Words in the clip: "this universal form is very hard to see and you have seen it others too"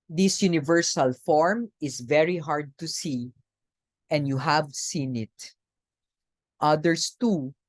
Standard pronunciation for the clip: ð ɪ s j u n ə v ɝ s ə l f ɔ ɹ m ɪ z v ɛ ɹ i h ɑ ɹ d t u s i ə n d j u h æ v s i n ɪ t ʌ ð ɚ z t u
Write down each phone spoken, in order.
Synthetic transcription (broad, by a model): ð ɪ s j u n ə v ɝ s ə l f ɔ ɹ m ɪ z v ɛ ɹ i h ɑ ɹ d t u s i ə n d j u h æ v s i n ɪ t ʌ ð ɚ s t u